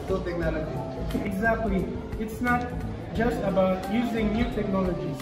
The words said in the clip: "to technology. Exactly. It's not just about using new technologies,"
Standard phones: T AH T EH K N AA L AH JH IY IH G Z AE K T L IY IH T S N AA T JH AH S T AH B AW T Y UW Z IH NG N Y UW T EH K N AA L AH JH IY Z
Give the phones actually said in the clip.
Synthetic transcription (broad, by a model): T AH T EH K N AA L AH JH IY IH G Z AE K T L IY IH T S N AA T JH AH S T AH B AW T Y UW Z IH NG N Y UW T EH K N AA L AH JH IY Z